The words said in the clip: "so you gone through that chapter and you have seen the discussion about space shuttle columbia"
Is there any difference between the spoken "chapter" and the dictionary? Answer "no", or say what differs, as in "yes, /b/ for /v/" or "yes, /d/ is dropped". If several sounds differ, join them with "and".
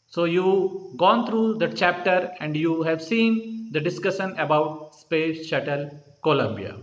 no